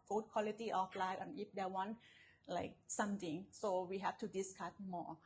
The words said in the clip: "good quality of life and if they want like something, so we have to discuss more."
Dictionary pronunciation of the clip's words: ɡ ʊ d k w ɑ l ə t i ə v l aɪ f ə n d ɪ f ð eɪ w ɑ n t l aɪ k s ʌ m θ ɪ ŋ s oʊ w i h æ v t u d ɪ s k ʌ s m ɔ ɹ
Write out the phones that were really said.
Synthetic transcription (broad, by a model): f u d k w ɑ l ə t i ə f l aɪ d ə n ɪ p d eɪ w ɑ n l aɪ k s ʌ m t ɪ ŋ s oʊ w i h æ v t u d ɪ s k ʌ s m ɔ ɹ